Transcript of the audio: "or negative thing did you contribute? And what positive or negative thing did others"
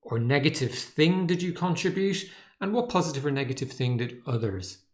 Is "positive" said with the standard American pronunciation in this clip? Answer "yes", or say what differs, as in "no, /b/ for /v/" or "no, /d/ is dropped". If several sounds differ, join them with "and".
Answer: yes